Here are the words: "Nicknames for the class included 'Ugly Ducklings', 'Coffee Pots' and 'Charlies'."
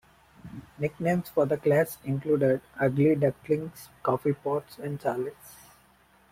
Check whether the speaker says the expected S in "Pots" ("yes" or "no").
yes